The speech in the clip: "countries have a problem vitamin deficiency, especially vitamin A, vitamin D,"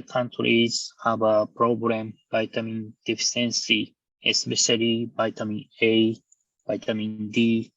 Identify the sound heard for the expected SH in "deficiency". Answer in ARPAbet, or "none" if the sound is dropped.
S